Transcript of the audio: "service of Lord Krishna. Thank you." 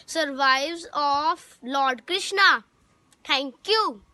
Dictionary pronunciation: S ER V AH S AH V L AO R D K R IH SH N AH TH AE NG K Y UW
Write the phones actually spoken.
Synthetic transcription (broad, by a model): S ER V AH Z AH F L AO R D K R IH SH N AH T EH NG K Y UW